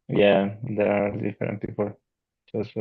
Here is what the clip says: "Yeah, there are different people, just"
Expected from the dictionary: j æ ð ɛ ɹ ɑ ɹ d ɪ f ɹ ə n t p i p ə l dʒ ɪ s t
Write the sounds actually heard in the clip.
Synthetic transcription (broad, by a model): j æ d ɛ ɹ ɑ l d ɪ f ə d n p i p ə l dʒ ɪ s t